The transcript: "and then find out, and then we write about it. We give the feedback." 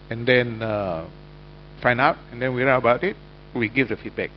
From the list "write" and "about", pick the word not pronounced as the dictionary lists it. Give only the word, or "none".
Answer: write